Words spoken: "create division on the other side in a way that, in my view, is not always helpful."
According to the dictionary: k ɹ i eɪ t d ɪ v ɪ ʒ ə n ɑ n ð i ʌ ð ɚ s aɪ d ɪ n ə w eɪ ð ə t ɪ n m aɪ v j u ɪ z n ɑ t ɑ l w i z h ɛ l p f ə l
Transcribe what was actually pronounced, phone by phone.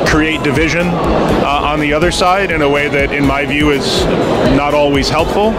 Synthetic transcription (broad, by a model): k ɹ i eɪ t d ɪ v ɪ ʒ ə n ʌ n ð i ʌ ð ɚ s aɪ d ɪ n ə w eɪ ð ə t ɪ n m aɪ v j u ɪ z n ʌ t ɑ l w i z h ɛ l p f l